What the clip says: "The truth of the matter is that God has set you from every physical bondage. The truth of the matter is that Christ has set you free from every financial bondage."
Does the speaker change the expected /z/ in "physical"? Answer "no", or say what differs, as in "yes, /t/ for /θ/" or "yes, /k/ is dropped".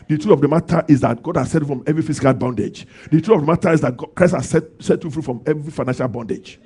yes, /s/ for /z/